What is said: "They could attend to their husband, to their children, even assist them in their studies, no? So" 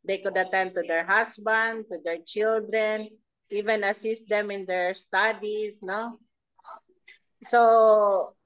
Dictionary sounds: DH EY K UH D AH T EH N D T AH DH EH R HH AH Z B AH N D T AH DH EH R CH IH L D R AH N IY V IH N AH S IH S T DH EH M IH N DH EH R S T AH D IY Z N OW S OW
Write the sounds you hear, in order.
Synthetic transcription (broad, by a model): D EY K UH D AH T EH N D T AH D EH R HH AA S B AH N D T AH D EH R CH IH L D R AH N IY V IH N AH S IH S T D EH M IH N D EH R S T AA D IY S N OW S OW